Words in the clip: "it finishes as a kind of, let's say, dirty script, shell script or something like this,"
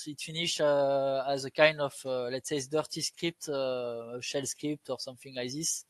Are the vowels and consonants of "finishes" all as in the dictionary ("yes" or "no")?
no